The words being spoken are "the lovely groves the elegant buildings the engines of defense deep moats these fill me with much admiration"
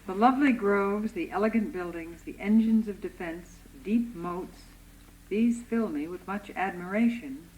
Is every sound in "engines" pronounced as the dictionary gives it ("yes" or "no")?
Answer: yes